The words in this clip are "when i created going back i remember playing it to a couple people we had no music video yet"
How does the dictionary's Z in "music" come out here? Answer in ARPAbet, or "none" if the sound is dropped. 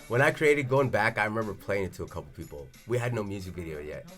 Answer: Z